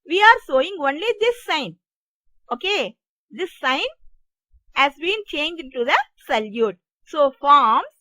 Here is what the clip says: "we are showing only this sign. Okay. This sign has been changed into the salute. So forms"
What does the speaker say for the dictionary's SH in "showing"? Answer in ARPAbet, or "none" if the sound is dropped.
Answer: S